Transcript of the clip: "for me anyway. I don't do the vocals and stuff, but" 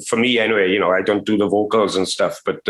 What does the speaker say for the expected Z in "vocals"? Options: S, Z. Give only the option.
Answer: Z